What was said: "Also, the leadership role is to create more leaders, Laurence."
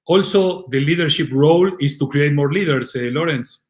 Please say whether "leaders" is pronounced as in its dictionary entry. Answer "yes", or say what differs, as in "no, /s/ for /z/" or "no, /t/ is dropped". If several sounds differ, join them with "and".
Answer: no, /s/ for /z/